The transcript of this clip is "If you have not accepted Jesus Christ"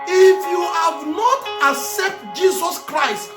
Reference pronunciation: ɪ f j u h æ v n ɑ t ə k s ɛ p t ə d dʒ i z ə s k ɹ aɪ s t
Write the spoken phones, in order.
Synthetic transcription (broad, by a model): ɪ f j u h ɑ v n ɑ t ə s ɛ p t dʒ i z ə s k ɹ aɪ s t